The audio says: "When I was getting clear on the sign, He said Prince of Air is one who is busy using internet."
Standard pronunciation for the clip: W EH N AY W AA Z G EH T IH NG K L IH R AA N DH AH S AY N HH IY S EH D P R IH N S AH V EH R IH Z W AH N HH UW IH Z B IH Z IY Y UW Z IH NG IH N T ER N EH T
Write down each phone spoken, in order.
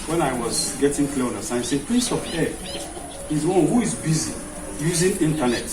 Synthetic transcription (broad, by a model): W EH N AY W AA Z G EH T IH NG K L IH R AA N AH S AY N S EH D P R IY S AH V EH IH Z W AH N HH UW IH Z B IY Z IY Y UW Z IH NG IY N T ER N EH T